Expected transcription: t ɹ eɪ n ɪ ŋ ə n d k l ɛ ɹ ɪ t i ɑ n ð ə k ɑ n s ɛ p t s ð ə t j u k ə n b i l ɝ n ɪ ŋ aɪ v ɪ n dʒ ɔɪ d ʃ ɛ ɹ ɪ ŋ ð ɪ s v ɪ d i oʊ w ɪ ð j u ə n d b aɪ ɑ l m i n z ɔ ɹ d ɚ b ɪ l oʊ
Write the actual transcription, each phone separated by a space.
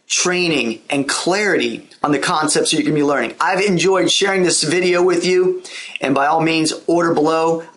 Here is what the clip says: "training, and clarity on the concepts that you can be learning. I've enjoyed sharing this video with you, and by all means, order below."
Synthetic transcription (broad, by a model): t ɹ eɪ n ɪ ŋ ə n k l ɛ ɹ ɪ t i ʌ n ð ə k ɑ n s ɛ p t s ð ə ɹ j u k ə n b i l ɝ n ɪ ŋ aɪ v ɪ n dʒ ɔɪ d ʃ ɛ ɹ ɪ ŋ ð ɪ s v ɪ d i oʊ w ɪ ð j u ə n b aɪ ɑ l m i n z ɔ ɹ d ɚ b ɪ l oʊ